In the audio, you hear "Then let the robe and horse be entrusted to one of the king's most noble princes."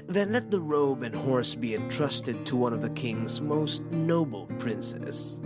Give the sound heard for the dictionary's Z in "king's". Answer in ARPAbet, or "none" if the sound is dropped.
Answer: Z